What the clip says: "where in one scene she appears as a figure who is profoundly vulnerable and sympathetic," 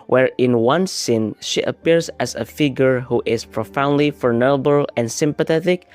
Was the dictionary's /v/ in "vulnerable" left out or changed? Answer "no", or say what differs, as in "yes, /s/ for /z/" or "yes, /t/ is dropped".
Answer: yes, /f/ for /v/